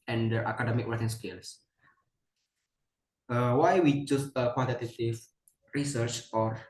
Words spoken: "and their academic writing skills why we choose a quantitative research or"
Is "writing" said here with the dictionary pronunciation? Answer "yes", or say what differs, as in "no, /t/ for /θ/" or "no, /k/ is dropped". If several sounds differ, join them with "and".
no, /w/ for /ɹ/